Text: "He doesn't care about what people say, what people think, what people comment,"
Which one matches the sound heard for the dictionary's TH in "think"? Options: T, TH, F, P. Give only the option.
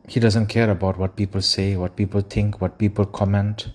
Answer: T